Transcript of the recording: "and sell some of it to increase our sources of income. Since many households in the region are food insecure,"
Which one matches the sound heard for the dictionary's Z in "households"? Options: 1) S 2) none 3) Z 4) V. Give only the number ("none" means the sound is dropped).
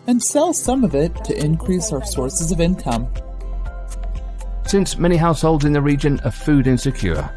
3